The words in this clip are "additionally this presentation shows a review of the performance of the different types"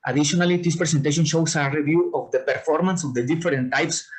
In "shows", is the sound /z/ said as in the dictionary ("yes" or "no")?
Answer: no